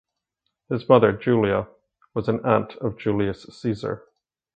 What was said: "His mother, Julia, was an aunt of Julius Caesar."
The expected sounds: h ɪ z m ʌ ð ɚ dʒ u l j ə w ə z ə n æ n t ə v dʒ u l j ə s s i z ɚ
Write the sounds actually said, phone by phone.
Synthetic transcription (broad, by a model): h ɪ z m ʌ ð ɚ dʒ u l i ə w ə z ə n æ n t ə v dʒ u l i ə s s i z ɚ